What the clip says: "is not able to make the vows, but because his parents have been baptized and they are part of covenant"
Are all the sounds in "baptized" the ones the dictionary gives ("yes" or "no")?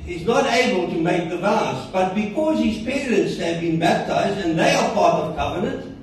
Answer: yes